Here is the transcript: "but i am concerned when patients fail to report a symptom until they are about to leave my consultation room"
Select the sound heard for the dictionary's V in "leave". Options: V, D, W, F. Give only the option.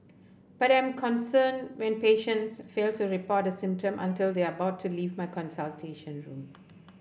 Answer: V